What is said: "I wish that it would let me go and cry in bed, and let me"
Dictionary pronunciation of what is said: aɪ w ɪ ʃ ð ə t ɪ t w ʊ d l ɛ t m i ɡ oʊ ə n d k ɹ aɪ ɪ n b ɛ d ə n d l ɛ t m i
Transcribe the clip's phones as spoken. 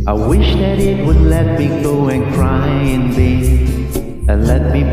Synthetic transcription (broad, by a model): aɪ w ɪ ʃ ð ə t ɪ t w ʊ d l ɛ t m i ɡ oʊ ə n k ɹ aɪ ɪ n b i ə l ɛ t m i